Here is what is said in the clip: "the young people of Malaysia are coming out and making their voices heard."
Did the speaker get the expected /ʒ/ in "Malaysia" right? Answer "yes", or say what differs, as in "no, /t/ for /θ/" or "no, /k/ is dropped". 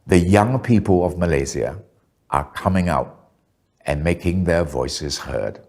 no, /z/ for /ʒ/